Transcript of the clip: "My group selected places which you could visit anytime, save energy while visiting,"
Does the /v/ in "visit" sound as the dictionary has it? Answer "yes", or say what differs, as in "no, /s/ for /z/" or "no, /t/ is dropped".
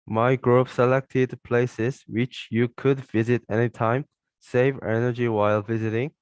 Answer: yes